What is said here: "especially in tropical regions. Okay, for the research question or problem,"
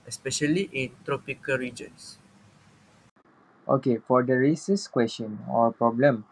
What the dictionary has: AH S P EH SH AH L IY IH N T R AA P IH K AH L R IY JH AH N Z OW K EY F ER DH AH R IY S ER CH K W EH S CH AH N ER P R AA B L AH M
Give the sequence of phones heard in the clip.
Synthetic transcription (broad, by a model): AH S P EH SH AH L IY IH N T R AA P IH K AH L R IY JH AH N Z OW K EY F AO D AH R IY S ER S K W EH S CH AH N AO P R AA B L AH M